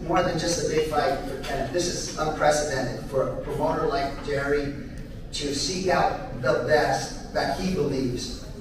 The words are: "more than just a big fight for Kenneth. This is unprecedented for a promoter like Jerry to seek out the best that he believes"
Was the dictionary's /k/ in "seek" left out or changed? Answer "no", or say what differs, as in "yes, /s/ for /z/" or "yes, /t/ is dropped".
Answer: no